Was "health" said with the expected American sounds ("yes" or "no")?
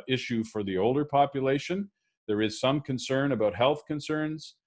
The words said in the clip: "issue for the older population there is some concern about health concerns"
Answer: yes